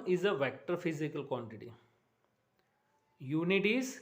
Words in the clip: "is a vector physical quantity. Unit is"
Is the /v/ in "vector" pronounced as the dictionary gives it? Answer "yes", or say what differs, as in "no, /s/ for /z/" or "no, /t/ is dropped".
yes